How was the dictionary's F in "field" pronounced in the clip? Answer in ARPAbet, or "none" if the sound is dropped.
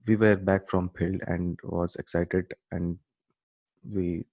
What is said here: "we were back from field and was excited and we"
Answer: P